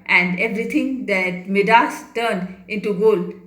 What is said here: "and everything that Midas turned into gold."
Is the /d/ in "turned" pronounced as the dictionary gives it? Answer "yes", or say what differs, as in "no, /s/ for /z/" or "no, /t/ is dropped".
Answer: yes